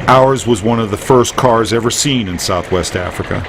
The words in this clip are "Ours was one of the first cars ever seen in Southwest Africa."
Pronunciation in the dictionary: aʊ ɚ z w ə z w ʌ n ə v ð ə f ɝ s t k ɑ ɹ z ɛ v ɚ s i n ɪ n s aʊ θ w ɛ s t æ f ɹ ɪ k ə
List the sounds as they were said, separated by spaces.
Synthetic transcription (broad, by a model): aʊ ɚ z w ə z w ʌ n ə v ð ə f ɝ s k ɑ ɹ z ɛ v ɚ s i n ɪ n s aʊ θ w ɛ s t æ f ɹ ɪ k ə